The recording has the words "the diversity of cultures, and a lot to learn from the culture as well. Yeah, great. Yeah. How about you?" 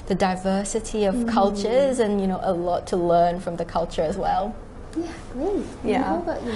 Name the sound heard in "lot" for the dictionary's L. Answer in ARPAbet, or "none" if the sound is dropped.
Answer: N